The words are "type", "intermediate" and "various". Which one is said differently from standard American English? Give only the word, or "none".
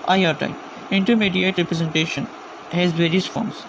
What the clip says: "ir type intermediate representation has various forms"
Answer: type